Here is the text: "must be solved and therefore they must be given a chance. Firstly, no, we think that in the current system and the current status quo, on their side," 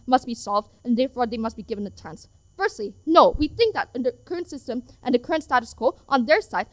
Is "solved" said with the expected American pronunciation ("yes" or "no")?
yes